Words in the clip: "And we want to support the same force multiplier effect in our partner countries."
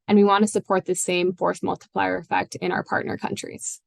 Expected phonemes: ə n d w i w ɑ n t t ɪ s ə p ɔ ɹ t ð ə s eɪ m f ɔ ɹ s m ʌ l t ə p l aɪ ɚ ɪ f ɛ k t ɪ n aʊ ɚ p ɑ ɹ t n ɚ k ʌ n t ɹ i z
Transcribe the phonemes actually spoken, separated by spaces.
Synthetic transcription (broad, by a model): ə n w i w ɑ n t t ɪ s ə p ɔ ɹ t ð ə s eɪ m f ɔ ɹ θ m ʌ l t ə p l aɪ ɚ ɪ f ɛ k t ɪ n aʊ ɚ p ɑ ɹ t n ɚ k ʌ n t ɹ i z